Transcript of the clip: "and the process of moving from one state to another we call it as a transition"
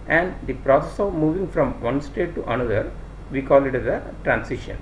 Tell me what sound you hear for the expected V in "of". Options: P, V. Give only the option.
V